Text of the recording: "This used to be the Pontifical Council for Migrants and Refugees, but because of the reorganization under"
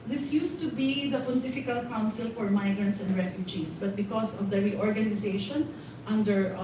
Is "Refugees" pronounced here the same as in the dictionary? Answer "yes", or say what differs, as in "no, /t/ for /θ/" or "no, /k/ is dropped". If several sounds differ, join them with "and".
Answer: no, /s/ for /z/